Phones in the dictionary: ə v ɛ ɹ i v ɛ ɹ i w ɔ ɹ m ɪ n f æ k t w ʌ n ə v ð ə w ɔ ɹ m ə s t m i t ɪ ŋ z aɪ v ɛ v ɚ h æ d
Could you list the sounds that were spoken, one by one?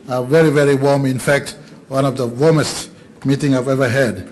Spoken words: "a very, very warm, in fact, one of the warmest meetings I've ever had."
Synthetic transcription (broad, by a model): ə v ɛ ɹ i v ɛ ɹ i w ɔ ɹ m ɪ n f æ k t w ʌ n ə v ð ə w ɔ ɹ m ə s t m i t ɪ ŋ aɪ v ɛ v ɚ h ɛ d